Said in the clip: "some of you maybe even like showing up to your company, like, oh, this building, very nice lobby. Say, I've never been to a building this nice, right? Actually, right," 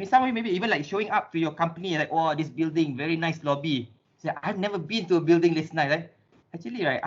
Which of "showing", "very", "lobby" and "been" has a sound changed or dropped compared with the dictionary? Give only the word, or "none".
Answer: none